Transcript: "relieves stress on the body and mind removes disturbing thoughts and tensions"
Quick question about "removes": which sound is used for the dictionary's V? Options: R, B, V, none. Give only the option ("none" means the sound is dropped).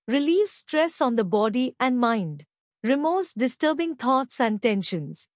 none